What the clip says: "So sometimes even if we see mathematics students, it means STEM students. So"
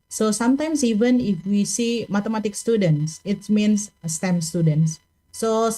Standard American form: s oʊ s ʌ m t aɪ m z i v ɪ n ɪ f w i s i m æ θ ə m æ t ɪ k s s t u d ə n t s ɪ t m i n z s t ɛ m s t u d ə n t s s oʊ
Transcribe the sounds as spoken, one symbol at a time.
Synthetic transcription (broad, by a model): s oʊ s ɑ m t aɪ m s i v ɪ n ɪ f w i s i m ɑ t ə m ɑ t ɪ k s s t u d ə n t s ɪ t m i n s s t ɛ m s t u d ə n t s s oʊ